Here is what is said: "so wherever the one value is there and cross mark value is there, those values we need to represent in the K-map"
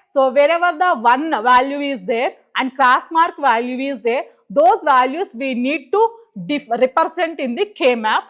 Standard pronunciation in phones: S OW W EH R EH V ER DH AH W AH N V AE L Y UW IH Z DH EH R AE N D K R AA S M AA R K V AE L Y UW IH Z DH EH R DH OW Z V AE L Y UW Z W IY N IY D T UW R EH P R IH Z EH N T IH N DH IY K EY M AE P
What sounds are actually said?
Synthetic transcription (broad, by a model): S OW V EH R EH V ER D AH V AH N V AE L Y UW IH Z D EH R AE N D K L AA S M AA R K V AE L Y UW IH Z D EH R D OW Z V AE L Y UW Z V IY N IY D T UW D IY F R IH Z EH N T IH N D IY K EY M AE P